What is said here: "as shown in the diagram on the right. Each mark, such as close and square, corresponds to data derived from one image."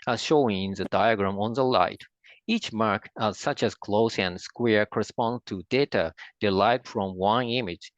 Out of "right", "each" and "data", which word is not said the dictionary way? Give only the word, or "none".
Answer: right